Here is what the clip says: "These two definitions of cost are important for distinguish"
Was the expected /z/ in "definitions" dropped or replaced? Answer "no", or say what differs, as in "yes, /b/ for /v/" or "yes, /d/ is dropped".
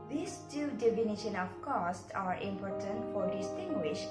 yes, /z/ is dropped